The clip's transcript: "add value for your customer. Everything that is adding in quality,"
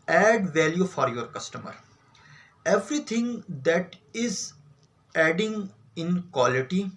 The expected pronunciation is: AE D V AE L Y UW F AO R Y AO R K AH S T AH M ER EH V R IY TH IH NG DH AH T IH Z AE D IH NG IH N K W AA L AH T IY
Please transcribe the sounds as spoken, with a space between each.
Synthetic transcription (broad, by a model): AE D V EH L Y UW F AO R Y AO R K AH S T AH M ER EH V R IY T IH NG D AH T IH Z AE D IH NG IH N K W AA L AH T IY